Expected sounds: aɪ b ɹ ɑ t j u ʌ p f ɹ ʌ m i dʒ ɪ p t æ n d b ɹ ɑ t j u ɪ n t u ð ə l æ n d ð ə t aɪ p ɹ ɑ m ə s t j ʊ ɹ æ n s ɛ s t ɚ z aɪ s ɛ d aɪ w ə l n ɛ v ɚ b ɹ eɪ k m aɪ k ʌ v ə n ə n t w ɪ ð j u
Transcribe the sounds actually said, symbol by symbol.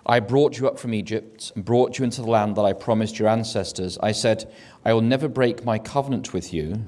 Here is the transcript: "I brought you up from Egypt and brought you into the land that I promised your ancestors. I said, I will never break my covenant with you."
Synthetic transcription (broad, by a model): aɪ b ɹ ɑ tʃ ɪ ʌ p f ɹ ʌ m i dʒ ɪ p t n b ɹ ɑ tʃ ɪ ɪ n t u ð ə l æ n ð ə t aɪ p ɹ ɑ m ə s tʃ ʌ ɹ æ n s ɛ s t ɚ z aɪ s ɛ d aɪ w ə l n ɛ v ɚ b ɹ eɪ k m aɪ k ʌ v ə n ə n t w ɪ ð j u